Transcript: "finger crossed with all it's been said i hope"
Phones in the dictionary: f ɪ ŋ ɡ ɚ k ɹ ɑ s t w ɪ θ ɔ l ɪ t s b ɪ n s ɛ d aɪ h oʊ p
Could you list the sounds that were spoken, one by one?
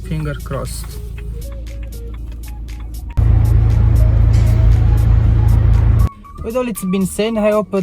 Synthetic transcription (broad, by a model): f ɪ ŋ ɡ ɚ k ɹ ɑ s t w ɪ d ɔ l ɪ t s b ɪ n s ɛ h aɪ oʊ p